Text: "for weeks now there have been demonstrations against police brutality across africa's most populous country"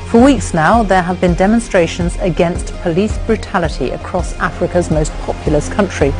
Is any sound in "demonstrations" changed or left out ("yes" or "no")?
no